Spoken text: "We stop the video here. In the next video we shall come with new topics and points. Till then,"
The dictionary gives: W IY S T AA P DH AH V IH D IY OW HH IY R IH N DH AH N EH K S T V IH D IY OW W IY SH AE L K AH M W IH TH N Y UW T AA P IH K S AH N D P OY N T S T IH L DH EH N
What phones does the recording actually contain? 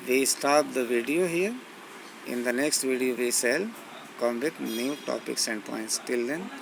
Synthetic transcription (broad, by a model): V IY S T AA P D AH V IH D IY OW HH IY R IH N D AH N EH K S T V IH D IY OW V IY S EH L K AH M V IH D N Y UW T AA P IH K S AH N D P OY N T S T IH L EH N